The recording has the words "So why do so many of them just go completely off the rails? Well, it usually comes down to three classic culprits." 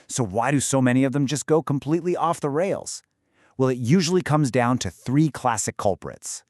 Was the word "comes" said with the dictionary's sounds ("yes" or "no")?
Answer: yes